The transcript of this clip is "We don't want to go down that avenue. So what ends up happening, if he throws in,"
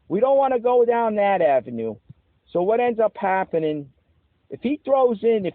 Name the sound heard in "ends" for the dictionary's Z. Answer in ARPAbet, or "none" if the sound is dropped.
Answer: Z